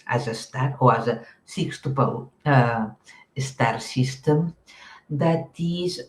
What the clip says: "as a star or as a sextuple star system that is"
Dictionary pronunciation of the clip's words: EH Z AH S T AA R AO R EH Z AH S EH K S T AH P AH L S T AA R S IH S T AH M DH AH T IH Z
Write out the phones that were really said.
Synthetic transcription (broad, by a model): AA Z AH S T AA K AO W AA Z AH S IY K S T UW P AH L S T AA R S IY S T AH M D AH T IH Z